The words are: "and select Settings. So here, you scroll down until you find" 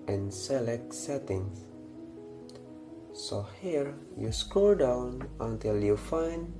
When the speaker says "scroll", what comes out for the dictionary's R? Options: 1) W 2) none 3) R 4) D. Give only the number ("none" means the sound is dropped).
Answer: 2